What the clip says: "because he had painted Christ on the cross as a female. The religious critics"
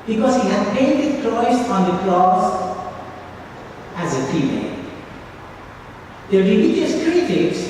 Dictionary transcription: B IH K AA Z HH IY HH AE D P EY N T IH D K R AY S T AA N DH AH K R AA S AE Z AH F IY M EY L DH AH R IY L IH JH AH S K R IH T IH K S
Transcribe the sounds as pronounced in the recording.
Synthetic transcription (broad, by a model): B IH K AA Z HH IY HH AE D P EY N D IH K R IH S AA N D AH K L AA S AE Z AH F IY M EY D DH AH R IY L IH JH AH S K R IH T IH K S